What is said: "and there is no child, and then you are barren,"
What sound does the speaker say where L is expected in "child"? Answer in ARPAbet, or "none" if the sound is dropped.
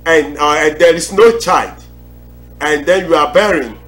L